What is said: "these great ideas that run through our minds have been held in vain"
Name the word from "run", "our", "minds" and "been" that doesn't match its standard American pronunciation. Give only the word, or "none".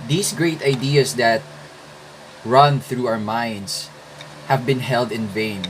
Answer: minds